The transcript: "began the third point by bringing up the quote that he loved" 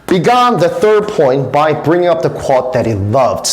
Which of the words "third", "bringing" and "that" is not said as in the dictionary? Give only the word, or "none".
none